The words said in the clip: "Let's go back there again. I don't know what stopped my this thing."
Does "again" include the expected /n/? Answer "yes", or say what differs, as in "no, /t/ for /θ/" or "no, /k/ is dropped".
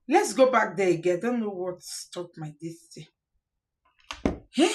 no, /n/ is dropped